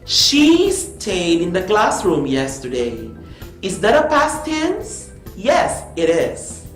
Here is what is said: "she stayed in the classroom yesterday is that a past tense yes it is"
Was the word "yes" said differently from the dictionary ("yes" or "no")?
no